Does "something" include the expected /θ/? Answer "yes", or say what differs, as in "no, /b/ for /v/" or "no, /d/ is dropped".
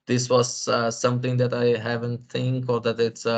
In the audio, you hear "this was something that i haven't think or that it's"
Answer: no, /t/ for /θ/